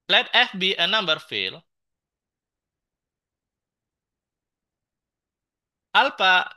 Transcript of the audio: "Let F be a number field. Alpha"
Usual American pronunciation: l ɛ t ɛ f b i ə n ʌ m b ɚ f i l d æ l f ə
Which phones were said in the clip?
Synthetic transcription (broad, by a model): l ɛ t ɛ f b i ə n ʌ m b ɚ f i l ɑ l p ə